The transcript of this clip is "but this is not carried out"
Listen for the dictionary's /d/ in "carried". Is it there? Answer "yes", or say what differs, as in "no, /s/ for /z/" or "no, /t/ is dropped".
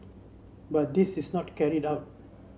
yes